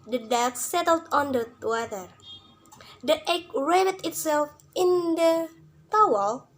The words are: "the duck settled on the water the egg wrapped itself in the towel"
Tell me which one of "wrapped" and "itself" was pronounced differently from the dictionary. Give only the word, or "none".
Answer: wrapped